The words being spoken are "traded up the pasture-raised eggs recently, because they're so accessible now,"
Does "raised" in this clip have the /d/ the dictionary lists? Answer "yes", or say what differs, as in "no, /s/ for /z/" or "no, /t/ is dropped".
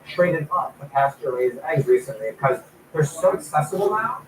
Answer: no, /d/ is dropped